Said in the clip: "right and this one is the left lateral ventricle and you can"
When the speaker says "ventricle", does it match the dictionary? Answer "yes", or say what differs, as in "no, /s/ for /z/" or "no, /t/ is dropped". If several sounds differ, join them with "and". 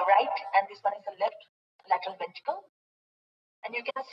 no, /ɹ/ is dropped